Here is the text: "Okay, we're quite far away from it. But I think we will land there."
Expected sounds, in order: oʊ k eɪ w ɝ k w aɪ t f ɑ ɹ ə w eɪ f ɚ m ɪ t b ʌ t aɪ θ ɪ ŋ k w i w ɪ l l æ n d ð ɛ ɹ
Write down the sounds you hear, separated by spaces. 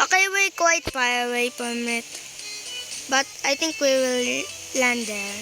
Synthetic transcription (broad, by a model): oʊ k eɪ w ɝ k w aɪ t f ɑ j ə w eɪ p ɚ m ɪ t b ʌ t aɪ t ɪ ŋ k w i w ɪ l l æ n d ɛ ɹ